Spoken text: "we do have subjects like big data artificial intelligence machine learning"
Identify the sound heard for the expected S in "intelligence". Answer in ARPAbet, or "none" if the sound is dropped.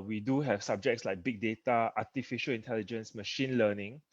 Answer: S